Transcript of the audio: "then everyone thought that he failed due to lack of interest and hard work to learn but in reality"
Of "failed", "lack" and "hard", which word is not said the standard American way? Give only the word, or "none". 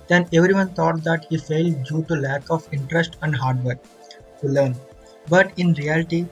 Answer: none